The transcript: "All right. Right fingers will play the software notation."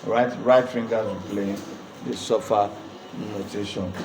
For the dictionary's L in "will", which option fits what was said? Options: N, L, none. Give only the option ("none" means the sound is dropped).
N